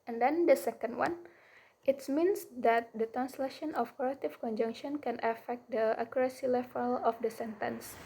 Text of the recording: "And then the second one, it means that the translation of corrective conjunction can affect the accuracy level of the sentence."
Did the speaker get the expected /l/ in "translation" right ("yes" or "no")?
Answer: yes